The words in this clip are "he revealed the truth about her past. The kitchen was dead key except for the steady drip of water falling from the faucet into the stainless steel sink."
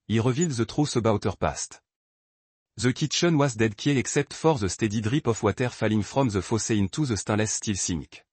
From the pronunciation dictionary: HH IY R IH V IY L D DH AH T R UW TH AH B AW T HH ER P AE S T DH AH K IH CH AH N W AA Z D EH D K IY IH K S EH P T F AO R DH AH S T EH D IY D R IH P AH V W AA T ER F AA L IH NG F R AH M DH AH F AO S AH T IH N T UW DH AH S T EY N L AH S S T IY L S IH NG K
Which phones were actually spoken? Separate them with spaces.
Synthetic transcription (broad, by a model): IY R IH V IY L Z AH T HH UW S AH B AW T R P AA S T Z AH K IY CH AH N W AA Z D EH D K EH IH K S EH P T F AO R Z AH S T EH D IY D R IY P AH F W AA T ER F AA L IH NG F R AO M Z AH F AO S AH IH N T UW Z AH S T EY L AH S S T IY L S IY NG K